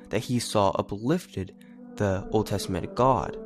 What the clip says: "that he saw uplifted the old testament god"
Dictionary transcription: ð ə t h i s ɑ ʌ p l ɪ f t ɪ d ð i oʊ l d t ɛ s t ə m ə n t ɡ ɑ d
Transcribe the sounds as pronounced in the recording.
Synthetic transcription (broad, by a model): ð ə t h i s ɑ ʌ p l ɪ f t ɪ d ð i oʊ l d t ɛ s t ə m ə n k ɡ ɑ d